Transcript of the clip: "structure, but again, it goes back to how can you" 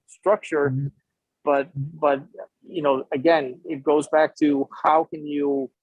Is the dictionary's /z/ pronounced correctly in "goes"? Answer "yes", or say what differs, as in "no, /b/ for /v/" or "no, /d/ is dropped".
yes